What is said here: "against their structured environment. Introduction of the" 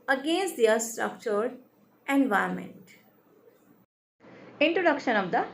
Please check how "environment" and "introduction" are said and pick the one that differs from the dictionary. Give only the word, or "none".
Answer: environment